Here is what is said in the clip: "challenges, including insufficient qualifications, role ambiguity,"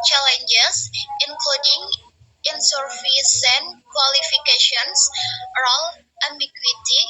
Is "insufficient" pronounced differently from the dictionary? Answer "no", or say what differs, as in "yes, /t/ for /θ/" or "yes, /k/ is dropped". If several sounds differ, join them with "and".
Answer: yes, /s/ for /ʃ/